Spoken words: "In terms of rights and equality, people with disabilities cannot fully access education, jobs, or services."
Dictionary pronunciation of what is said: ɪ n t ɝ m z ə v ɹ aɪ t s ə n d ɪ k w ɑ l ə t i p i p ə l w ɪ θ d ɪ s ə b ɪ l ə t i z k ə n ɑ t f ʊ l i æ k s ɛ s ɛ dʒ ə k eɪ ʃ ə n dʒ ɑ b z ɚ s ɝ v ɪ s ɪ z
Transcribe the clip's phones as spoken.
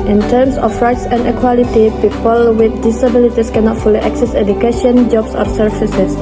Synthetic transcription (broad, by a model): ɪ n t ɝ m s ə f ɹ aɪ t s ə n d ɪ k w ɑ l ə t i p i p ə l w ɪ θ d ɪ s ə b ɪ l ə t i s k ə n ɑ t f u l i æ k s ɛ s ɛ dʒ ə k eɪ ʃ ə n dʒ ɑ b s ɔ s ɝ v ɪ s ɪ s